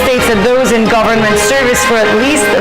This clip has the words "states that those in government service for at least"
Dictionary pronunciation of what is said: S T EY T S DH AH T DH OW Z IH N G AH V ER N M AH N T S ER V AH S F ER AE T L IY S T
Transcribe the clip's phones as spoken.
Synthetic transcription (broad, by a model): S T EY T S DH AH T DH OW Z IH N G AH V ER N M AH N T S ER V AH S F ER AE T L IY S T